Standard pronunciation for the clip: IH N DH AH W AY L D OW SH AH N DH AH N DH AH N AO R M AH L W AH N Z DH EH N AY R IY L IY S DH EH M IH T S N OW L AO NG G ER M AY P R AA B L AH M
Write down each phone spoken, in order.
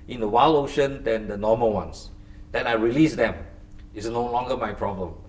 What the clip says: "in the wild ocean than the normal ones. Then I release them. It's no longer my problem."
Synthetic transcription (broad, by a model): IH N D AH W AY L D OW SH AH N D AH N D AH N AO M AH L W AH N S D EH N AY R IY L IY S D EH M IH T S N OW L AO NG G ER M AY P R AA B L AH M